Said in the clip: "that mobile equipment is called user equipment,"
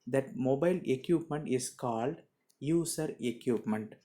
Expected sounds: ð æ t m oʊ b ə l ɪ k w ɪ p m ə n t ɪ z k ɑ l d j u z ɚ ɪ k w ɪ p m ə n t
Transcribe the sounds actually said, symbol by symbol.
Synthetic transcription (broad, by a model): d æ t m oʊ b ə l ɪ k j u p m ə n t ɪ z k ɑ l d j u s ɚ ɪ k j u p m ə n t